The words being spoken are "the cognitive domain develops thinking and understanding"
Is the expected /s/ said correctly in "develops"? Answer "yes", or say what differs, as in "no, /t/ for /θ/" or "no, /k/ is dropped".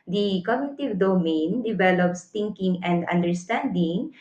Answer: yes